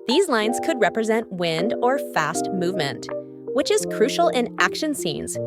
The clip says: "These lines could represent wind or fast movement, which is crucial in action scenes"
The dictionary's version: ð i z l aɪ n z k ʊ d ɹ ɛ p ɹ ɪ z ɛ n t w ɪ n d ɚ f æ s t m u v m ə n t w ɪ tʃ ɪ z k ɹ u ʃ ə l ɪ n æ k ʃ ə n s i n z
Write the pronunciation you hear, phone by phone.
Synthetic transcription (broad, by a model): ð i z l aɪ n z k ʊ d ɹ ɛ p ɹ ɪ z ɛ n t w ɪ n d ɚ f æ s t m u v m ə n t w ɪ tʃ ɪ z k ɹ u ʃ l ɪ n æ k ʃ ə n s i n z